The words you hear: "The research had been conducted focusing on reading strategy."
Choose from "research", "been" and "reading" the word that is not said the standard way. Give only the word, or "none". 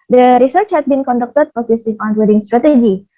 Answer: reading